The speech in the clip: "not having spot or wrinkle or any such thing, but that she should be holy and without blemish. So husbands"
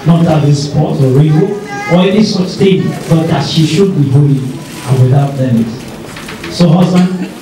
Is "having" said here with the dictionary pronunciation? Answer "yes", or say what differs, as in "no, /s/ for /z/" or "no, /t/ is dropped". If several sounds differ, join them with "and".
no, /v/ is dropped